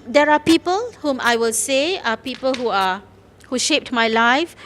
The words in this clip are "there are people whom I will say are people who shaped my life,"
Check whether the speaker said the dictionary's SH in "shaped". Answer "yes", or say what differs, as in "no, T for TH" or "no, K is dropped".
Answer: yes